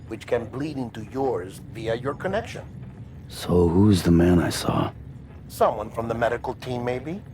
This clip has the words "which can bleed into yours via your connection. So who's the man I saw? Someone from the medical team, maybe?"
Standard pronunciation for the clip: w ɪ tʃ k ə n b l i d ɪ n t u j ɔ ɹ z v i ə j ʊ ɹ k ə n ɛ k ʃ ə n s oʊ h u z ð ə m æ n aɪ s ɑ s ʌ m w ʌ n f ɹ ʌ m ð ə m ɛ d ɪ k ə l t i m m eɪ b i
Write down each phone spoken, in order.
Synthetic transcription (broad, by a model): w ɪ tʃ k ə n b l i d ɪ n t u j ɔ ɹ z v i ə j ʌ ɹ k ə n ɛ k ʃ ə n s oʊ h u z ð ə m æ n aɪ s ɑ s ʌ m w ʌ n f ɹ ʌ m ð ə m ɛ d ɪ k l t i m m eɪ b i